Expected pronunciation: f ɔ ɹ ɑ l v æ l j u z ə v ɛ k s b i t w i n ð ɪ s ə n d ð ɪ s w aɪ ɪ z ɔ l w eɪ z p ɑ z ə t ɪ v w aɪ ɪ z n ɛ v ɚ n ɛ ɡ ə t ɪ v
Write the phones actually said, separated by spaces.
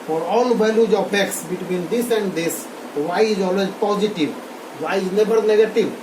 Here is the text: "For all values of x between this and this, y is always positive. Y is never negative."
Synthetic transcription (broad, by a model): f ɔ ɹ ɑ l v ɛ l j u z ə p ɛ k s b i t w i n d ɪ s ə n d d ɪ s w aɪ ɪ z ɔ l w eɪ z p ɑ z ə t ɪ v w aɪ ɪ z n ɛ b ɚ n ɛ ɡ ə t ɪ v